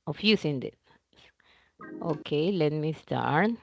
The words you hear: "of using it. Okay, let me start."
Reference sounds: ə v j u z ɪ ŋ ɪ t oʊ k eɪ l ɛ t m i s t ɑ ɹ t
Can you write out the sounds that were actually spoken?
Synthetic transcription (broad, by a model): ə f j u s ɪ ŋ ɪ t oʊ k eɪ l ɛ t m i s t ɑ ɹ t